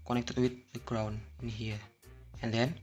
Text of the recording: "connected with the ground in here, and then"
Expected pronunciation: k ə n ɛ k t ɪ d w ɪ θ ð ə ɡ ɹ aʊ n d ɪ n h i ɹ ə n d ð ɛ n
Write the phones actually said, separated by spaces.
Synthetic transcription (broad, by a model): k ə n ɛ k t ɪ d w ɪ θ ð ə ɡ ɹ aʊ n ɪ n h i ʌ ə n d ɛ n